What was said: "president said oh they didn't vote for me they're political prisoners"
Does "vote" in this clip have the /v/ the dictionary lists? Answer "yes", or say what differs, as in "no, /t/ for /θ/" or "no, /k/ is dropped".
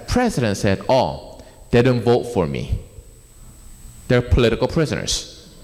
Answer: yes